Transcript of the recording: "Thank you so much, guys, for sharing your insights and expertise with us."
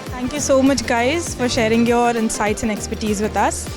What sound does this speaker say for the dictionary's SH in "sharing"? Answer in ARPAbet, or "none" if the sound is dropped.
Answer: SH